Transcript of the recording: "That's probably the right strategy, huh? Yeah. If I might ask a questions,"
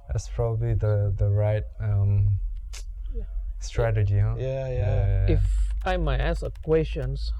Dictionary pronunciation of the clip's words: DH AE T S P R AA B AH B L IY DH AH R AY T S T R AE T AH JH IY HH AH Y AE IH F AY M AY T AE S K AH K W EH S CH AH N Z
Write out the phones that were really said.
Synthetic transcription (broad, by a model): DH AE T S P R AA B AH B L IY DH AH R AY T S T R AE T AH JH IY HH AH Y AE IH F AY M AY T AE S AH K W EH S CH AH N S